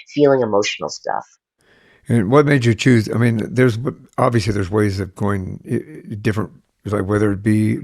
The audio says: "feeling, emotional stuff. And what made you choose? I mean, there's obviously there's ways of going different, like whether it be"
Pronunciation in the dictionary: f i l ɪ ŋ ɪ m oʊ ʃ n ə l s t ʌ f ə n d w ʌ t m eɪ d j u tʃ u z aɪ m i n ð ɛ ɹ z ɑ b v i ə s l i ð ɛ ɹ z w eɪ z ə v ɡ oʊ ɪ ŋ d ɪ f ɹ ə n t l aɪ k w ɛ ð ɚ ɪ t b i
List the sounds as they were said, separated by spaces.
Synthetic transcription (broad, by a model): f i l ɪ ŋ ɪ m oʊ ʃ n l s t ʌ f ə n w ʌ t m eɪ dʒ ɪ tʃ u z aɪ m i n ð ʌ ɹ z ɑ b v i ə s l i ð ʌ ɹ z w eɪ z ə v ɡ oʊ ɪ ŋ d ɪ f ɹ ə n t l aɪ k w ɛ ð ɚ ɪ t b i